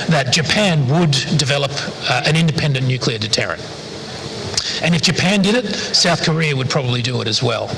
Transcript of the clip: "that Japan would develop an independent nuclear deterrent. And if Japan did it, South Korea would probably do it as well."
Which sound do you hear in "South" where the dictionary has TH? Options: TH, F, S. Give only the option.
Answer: TH